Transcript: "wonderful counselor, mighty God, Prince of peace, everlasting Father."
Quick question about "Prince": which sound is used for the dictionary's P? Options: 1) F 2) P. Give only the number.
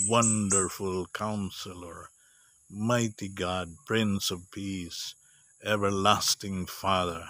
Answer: 2